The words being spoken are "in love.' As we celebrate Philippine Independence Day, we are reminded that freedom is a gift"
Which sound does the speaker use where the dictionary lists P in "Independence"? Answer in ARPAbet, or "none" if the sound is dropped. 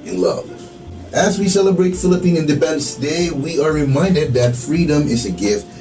B